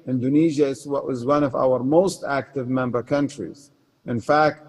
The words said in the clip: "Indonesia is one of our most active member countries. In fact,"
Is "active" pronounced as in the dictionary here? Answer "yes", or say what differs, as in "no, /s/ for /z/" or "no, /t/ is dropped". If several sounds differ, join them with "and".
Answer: yes